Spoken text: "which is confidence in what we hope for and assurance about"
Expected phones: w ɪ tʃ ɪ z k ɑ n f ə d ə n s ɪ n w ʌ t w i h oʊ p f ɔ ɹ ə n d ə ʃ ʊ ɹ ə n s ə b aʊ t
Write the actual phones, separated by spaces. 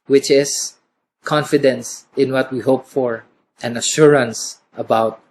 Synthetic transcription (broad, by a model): w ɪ tʃ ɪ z k ɑ n f ə d ə n s ɪ n w ʌ t w i h oʊ p f ɔ ɹ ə n ə ʃ ʊ ɹ ə n s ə b aʊ t